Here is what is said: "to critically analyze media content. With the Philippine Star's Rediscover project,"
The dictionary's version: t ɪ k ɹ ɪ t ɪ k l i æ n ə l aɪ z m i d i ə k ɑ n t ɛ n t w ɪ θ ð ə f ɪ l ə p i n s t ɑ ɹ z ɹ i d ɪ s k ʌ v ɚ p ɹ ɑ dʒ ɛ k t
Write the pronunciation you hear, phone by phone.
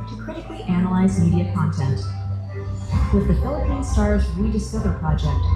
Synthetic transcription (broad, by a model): t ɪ k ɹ ɪ t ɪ k l i æ n ə l aɪ z m i d i ə k ɑ n t ɛ n t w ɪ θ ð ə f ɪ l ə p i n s t ɑ ɹ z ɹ i d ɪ s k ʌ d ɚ p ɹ ɑ dʒ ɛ k t